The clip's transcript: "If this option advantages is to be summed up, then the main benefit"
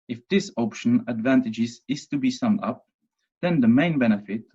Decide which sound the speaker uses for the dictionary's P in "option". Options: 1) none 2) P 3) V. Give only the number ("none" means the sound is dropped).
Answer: 2